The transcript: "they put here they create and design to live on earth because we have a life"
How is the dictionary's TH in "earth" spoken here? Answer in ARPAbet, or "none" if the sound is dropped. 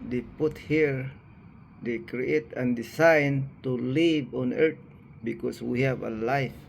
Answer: T